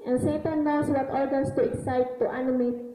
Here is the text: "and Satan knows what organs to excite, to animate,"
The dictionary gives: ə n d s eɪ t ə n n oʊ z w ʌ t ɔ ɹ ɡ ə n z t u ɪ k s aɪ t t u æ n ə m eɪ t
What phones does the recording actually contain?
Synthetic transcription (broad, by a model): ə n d s eɪ t ə n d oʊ s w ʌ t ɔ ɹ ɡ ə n s t u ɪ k s aɪ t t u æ n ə m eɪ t